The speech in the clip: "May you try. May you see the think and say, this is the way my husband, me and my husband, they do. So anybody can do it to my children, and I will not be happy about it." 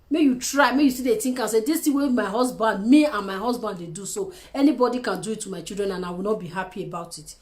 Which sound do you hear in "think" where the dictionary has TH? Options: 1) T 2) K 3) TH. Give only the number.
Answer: 1